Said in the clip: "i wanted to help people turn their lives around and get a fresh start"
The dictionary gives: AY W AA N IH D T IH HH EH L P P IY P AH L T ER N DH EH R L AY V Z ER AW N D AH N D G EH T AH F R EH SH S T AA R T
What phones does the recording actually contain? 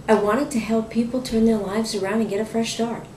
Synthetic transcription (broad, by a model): AY W AA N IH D T IH HH EH L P P IY P L T ER N DH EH R L AY V Z ER AW N D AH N G EH T AH F R EH SH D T AA R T